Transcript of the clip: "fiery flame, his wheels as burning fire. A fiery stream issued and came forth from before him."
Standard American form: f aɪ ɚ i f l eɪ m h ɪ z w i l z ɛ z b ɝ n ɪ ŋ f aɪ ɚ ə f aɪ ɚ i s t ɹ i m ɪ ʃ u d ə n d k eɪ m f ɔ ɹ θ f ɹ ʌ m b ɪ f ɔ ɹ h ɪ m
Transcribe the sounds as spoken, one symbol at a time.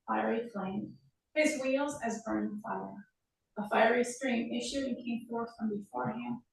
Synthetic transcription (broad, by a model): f aɪ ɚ i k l eɪ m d ɪ z w i l z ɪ z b ɝ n f aɪ ɚ ə f aɪ ɚ i s t ɹ i m ɪ ʃ u d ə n k eɪ m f ɔ ɹ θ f ɹ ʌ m b ɪ f ɔ ɹ h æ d